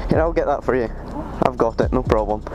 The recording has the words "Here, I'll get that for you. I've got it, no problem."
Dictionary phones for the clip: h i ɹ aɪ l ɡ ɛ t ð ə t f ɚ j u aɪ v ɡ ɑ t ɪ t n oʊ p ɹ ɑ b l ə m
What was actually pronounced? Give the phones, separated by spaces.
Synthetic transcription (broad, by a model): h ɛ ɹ aɪ l ɡ ɛ t ð ə t f ɚ j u aɪ v ɡ ɑ t ɪ t n oʊ p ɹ ɑ b l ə m